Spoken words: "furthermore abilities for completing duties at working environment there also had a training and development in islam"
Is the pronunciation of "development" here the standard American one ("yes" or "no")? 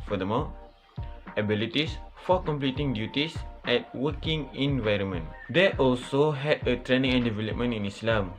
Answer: yes